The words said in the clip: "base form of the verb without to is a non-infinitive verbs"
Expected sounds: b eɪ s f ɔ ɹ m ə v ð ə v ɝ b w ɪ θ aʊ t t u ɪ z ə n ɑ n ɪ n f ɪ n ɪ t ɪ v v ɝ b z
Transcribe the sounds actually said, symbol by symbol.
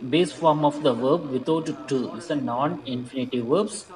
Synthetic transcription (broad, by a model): b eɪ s f ɔ ɹ m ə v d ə v ɝ b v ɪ t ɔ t t u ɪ s ə n ɑ n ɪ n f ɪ n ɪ t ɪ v v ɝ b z